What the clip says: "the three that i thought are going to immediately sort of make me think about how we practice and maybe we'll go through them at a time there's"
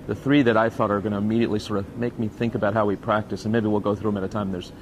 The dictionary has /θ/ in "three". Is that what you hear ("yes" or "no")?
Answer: yes